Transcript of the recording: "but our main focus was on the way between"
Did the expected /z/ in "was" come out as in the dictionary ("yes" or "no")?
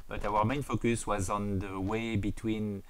yes